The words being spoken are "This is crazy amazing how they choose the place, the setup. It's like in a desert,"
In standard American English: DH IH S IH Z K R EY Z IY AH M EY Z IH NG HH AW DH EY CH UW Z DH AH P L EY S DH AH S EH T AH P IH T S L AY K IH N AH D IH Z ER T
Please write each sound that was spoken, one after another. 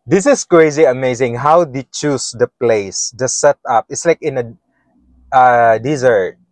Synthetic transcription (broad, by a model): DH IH S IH S K R EY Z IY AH M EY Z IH NG HH AW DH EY CH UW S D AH P L EY S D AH S EH T AH P IH T S L AY K IH N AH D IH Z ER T